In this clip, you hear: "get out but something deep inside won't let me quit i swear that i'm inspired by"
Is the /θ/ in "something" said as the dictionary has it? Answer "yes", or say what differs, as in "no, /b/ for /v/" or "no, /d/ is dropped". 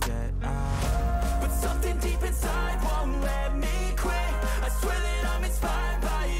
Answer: yes